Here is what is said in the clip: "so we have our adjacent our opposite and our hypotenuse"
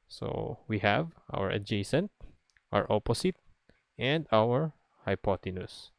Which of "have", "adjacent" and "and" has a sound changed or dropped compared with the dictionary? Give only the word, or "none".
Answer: none